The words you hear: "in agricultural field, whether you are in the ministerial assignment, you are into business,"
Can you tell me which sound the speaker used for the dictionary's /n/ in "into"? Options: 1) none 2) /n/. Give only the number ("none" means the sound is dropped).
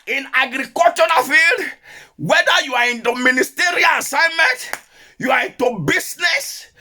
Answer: 2